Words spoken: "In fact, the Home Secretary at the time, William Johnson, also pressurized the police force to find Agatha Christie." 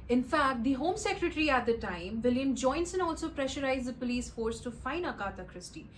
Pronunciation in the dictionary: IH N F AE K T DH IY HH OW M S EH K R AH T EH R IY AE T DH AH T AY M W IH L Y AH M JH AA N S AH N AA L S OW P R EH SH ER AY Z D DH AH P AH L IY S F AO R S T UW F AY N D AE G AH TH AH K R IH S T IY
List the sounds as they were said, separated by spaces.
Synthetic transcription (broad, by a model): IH N F AE K T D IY HH OW M S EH K R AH T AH R IY AE T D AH T AY M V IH L Y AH M JH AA N S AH N AA L S OW P R EH SH ER AY Z D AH P AH L IY S F AO R S T UW F AY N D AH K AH T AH K R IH S T IY